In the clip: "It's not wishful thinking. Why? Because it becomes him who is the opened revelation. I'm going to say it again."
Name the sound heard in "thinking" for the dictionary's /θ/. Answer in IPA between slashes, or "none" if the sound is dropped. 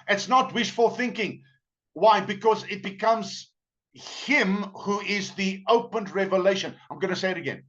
/θ/